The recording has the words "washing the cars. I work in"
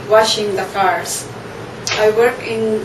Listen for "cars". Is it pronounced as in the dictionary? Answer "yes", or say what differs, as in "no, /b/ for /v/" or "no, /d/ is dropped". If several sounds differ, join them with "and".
no, /s/ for /z/